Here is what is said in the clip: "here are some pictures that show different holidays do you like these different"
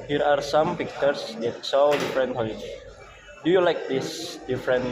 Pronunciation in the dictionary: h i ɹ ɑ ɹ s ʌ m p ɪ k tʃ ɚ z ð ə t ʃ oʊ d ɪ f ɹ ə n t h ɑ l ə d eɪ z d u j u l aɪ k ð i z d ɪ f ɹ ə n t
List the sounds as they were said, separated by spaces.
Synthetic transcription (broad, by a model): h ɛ ɹ ɑ ɹ s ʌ m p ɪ k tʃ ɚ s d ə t s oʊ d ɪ f ɹ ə n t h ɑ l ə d d u j u l aɪ k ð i s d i f ɹ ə n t